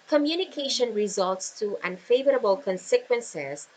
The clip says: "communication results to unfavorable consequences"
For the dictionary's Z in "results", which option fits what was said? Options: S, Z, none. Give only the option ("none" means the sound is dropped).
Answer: Z